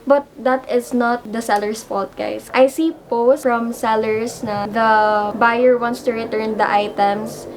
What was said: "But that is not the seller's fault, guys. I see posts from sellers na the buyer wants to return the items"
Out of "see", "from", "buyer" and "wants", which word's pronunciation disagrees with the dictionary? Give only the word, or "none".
none